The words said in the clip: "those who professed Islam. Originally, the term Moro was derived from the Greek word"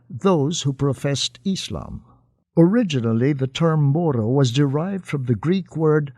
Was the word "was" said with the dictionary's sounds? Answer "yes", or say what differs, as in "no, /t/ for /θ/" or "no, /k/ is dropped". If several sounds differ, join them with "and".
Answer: yes